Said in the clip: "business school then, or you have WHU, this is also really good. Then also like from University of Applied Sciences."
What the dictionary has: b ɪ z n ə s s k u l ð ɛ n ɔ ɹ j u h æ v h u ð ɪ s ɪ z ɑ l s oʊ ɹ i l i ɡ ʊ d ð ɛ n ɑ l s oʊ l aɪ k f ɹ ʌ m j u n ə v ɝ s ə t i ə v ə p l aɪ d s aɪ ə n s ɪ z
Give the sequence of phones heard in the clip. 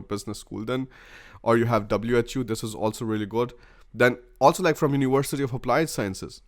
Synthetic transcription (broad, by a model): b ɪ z n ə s s k u l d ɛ n ɔ ɹ j u h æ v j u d ɪ s ɪ z ɑ l s oʊ ɹ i l i ɡ ʊ d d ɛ n ɑ l s oʊ l aɪ k f ɹ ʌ m j u n ə v ɝ s ə t i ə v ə p l aɪ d s aɪ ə n s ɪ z